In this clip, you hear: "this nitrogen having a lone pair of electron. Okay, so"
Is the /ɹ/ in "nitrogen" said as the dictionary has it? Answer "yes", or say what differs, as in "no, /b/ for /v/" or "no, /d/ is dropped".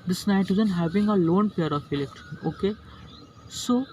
no, /ɹ/ is dropped